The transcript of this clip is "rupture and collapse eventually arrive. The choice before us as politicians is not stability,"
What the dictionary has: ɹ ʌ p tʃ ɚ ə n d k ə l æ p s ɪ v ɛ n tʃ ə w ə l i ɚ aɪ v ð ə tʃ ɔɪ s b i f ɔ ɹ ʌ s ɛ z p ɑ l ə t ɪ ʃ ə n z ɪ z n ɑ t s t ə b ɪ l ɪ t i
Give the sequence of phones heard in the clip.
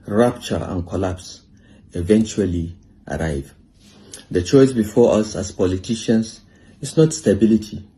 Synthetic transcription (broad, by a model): ɹ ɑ p tʃ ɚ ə n k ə l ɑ p s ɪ v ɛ n tʃ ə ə l i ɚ aɪ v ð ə tʃ ɔɪ s b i f ɔ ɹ ʌ s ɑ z p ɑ l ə t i ʃ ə n s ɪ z n ɑ t s t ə b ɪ l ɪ t i